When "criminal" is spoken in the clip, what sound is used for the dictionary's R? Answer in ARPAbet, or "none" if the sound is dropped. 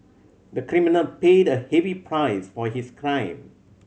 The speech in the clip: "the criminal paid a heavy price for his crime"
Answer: R